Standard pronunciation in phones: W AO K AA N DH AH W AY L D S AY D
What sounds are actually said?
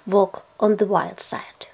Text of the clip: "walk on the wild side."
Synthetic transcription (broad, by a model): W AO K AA N DH AH W AY L D S AY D